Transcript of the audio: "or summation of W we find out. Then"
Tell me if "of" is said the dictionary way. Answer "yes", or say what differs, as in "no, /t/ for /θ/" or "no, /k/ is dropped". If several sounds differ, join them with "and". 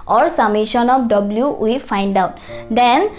no, /p/ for /v/